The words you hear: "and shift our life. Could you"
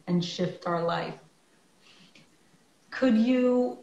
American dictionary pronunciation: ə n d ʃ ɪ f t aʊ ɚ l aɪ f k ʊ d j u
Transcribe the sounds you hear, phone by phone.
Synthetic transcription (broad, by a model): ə n ʃ ɪ f t aʊ ɚ l aɪ f k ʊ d j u